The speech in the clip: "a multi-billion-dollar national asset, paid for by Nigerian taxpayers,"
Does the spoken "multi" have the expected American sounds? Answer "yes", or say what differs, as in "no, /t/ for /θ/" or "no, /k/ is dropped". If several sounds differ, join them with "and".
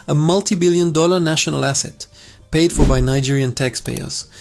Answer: yes